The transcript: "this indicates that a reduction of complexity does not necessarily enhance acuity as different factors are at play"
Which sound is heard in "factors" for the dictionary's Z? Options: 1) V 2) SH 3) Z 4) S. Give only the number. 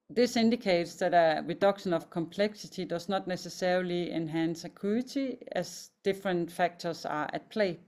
4